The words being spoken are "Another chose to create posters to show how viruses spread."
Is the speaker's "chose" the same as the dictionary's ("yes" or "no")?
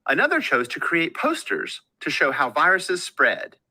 yes